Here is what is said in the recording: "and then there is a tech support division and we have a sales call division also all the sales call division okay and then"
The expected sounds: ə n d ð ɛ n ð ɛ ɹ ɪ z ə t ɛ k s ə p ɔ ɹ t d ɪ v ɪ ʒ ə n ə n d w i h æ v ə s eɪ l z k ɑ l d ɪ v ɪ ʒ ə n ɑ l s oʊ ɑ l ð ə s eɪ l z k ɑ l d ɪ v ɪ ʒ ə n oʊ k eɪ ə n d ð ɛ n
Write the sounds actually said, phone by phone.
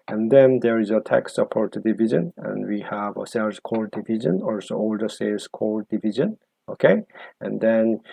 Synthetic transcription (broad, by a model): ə n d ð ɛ n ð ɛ ɹ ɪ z ə t ɛ k s ə p ɔ ɹ t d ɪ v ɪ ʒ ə n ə n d w i h æ v ə s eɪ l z k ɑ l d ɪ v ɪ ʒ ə n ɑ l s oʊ ɑ l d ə s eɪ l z k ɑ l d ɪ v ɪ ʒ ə n oʊ k eɪ ə n d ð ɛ n